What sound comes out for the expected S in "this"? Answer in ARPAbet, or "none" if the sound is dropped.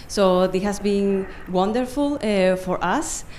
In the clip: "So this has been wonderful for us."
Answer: none